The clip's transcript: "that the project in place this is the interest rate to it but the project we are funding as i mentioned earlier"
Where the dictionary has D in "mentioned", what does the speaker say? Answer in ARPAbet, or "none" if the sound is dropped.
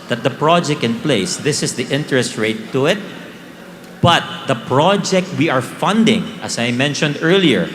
D